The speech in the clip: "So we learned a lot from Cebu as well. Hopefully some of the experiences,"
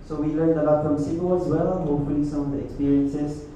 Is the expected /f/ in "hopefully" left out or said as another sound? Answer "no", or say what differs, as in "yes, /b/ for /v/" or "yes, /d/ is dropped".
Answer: no